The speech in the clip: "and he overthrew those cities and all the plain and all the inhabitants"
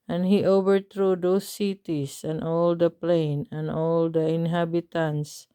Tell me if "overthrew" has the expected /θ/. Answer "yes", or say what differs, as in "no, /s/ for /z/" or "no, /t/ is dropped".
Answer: no, /t/ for /θ/